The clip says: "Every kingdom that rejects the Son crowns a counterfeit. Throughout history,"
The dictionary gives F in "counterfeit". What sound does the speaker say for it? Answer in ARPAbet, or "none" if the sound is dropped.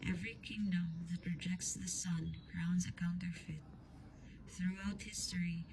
F